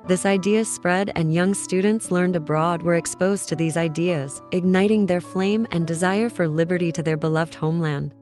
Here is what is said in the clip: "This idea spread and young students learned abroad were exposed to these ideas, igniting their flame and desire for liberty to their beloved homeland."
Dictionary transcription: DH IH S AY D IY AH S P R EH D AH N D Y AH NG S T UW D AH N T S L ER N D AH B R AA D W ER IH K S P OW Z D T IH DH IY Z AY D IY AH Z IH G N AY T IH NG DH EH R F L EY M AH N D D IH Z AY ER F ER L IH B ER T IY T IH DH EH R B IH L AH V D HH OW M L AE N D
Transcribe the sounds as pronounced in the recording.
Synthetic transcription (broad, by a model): DH IH S AY D IY AH S P R EH D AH N Y AH NG S T UW D N T S L ER N D AH B R AA D W ER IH K S P OW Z T IH DH IY Z AY D IY AH Z IH G N AY T IH NG DH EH R F L EY M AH N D D IH Z AY ER F ER L IH B ER T IY T IH DH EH R B IH L AH V D HH OW M L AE N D